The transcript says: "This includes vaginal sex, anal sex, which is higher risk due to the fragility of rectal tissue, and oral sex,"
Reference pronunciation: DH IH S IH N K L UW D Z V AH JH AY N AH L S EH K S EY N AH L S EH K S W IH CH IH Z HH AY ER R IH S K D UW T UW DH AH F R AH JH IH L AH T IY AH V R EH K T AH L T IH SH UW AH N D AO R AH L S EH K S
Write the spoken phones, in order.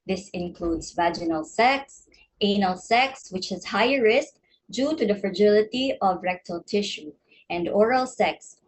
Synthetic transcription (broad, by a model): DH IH S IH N K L UW D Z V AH JH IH N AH L S EH K S EY N AH L S EH K S W IH CH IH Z HH AY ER R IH S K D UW T UW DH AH F R AH JH IH L AH T IY AH V R EH K T AH L T IH SH UW AH N D AO R AH L S EH K S